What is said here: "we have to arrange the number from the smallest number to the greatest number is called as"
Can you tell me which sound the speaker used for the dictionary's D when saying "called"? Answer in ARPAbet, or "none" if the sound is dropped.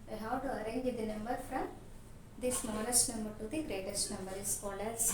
none